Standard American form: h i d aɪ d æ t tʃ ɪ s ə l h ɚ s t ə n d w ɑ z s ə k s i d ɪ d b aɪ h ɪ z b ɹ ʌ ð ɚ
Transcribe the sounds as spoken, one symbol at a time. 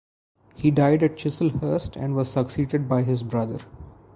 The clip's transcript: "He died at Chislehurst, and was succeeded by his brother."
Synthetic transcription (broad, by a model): h i d aɪ d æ t tʃ ɪ s ə l h ɚ s t ə n d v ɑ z s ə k s i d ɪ d b aɪ h ɪ z b ɹ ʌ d ɚ